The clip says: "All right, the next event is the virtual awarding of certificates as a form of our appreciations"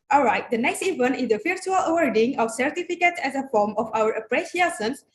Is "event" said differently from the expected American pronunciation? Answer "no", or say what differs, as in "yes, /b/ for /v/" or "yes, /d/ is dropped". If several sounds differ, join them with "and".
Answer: yes, /t/ is dropped